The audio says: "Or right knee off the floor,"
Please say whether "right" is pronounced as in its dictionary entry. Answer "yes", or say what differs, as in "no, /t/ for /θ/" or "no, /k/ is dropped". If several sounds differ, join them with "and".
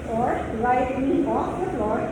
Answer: no, /l/ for /ɹ/